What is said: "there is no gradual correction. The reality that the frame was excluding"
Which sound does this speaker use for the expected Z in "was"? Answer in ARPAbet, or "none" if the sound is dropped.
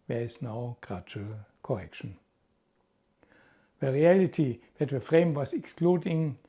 S